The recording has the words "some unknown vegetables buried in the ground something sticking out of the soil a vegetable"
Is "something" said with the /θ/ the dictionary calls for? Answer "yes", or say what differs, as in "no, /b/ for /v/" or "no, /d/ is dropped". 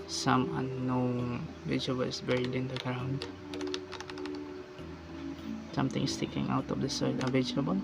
no, /t/ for /θ/